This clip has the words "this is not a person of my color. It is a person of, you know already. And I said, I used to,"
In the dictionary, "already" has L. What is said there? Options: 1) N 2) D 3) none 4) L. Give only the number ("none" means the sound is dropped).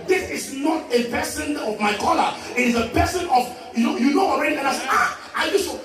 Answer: 1